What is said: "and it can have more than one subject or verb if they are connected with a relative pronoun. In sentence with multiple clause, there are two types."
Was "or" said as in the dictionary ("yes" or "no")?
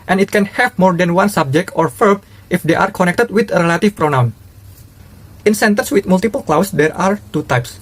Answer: yes